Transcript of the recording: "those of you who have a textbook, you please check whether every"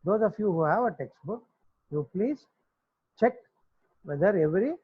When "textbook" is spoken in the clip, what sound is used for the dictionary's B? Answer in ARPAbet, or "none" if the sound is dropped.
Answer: B